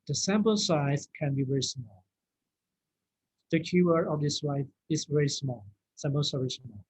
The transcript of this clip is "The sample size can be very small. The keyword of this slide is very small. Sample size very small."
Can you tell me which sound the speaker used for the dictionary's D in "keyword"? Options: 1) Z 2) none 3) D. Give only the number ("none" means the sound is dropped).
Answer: 2